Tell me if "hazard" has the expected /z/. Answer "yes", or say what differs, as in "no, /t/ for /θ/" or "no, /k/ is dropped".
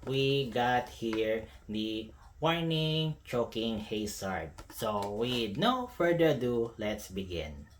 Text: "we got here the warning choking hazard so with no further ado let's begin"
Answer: no, /s/ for /z/